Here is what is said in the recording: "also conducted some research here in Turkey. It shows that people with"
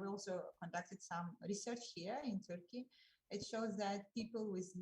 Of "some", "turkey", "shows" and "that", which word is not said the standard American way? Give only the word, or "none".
none